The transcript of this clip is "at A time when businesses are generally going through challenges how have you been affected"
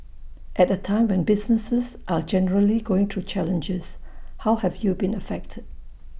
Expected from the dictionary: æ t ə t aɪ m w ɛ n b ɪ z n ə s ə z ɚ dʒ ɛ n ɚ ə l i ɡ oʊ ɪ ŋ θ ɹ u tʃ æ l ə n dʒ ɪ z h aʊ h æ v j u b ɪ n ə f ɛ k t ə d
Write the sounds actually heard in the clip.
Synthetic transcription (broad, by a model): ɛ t ə t aɪ m w ɛ n b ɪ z n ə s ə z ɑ dʒ ɛ n ɚ ə l i ɡ oʊ ɪ ŋ t ɹ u tʃ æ l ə n dʒ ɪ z h aʊ h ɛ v j u b ɪ n ə f ɛ k t ə d